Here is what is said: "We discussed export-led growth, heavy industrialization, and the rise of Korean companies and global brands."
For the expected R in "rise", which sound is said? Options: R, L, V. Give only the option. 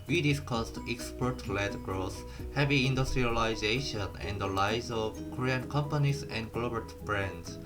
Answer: L